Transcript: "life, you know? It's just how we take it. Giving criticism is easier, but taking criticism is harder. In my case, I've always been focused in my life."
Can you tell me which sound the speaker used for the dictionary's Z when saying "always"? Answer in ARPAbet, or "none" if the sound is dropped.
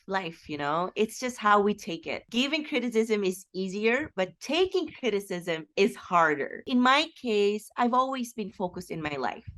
Z